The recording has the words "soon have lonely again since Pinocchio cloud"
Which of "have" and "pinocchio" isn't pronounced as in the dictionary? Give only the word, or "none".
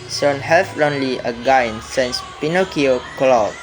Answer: have